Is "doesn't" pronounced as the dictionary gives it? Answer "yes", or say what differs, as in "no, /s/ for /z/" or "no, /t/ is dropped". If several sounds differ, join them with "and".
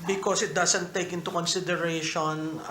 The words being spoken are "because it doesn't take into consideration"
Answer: no, /s/ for /z/